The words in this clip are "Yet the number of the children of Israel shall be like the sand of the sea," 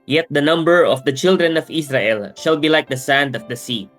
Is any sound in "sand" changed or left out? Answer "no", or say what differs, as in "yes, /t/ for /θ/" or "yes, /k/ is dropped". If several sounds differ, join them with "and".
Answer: no